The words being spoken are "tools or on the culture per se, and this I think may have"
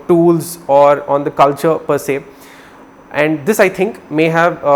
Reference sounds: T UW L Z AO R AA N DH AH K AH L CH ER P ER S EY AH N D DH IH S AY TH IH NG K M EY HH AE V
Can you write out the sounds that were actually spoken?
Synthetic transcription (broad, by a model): T UW L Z AO R AA N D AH K AH L CH ER P ER S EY AH N D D IH S AY T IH NG K M EY HH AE V